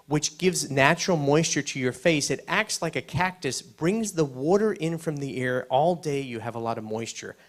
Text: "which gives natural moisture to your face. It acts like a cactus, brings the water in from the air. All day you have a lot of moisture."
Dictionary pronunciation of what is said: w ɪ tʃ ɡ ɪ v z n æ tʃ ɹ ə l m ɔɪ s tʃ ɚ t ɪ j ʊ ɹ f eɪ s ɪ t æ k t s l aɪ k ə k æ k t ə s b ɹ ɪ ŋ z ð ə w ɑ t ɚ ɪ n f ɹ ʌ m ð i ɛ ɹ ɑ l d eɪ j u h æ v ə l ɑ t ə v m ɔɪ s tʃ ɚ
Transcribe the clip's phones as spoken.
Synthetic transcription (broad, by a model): w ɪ tʃ ɡ ɪ v z n æ tʃ ɹ l m ɔɪ s tʃ ɚ t ɪ j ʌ ɹ f eɪ s ɪ t æ k t s l aɪ k ə k æ k t ə s b ɹ ɪ ŋ z ð ə w ɑ t ɚ ɪ n f ɹ ʌ m ð i ɛ ɹ ɑ l d eɪ j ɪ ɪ v ə l ɑ t ə v m ɔɪ s tʃ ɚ